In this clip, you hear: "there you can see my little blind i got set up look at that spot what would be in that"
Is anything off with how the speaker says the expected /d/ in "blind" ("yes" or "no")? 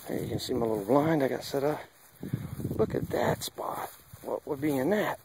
no